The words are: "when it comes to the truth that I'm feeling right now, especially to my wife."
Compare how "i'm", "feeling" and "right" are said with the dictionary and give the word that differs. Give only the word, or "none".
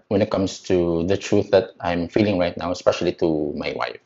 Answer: none